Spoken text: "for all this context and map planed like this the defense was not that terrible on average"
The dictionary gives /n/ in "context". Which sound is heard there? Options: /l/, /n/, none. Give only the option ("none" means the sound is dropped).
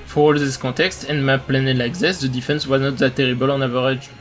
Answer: none